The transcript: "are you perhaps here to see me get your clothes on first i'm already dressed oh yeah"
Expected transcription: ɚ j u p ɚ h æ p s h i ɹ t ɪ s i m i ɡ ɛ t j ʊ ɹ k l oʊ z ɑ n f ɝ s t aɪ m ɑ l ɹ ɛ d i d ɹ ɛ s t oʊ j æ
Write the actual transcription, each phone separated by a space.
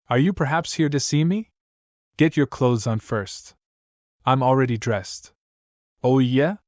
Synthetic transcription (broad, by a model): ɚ j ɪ p ɚ h æ p s h i ɹ t ɪ s i m i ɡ ɛ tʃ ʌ ɹ k l oʊ z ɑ n f ɝ s t aɪ m l ɹ ɛ d i d ɹ ɛ s t oʊ j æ